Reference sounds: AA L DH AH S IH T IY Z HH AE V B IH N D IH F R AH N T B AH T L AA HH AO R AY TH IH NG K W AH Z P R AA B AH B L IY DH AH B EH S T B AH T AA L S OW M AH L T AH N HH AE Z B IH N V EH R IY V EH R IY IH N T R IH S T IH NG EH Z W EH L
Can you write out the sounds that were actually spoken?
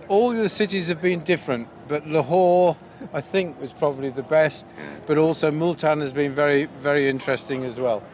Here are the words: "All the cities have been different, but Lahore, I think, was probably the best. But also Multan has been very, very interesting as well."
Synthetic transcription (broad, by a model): AA L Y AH S IH T IY Z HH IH V B IH N D IH F R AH N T B AH T L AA HH AO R AY TH IH NG K W AH Z P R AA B AH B L IY DH AH B EH S T B AH T AA L S OW M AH L T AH N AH Z B IH N V EH R IY V EH R IY IH N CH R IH S T IH NG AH Z W EH L